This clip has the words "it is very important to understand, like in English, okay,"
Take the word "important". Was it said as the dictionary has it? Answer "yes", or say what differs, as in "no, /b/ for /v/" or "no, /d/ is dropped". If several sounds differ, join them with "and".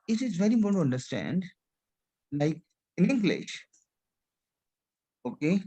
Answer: no, /p/ is dropped